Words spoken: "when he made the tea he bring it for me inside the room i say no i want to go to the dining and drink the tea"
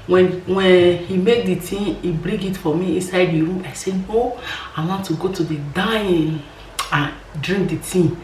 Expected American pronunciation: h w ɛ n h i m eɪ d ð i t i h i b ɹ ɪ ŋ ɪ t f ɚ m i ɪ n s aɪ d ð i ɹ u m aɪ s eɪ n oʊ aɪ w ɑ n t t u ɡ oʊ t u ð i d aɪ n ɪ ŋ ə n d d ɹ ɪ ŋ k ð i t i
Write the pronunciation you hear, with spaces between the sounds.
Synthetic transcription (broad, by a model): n w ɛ n h i m eɪ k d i t i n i b ɹ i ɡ ɪ t f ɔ m i ɪ n s aɪ d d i ɹ u m aɪ s eɪ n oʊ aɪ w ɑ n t t u ɡ oʊ t u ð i d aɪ ɪ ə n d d ɹ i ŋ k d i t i